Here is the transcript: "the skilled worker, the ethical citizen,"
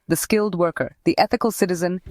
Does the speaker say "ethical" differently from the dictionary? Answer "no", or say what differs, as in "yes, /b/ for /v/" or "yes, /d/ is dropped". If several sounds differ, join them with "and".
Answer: no